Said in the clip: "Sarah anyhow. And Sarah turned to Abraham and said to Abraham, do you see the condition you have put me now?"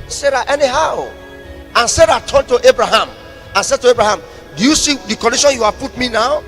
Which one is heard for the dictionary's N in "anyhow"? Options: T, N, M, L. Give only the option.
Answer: N